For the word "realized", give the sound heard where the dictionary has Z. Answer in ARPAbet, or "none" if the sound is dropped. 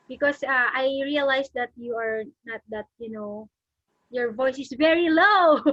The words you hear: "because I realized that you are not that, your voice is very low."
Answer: S